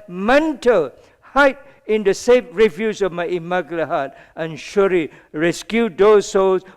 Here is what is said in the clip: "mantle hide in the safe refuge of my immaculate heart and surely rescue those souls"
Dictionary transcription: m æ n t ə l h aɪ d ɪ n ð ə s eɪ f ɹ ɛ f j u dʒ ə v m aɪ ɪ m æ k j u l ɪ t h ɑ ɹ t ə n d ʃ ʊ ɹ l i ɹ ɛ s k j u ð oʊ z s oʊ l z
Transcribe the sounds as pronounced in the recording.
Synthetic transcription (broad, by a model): m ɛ n t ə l h aɪ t ɪ n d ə s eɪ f ɹ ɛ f j u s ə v m aɪ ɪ m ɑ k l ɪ h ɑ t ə n ʃ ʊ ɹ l i ɹ ɛ s k j u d oʊ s oʊ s